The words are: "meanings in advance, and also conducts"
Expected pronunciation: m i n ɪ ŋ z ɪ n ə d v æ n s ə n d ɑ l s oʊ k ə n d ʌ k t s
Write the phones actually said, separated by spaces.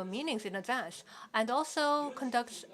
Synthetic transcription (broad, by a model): m i n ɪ ŋ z ɪ n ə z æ s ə n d ɑ l s oʊ k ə n d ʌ k t s